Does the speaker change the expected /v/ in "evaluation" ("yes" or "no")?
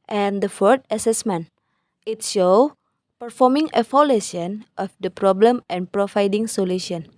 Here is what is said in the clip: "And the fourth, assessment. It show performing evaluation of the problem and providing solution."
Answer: yes